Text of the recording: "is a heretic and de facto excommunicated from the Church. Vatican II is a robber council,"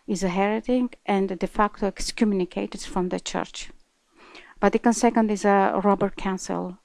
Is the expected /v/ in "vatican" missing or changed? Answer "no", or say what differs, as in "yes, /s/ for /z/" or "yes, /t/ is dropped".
yes, /b/ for /v/